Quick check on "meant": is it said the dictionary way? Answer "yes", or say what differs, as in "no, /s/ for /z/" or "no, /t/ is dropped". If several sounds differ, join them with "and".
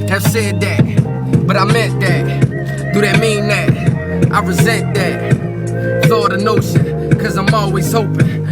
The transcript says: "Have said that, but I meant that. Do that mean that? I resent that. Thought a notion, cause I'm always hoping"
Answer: no, /n/ is dropped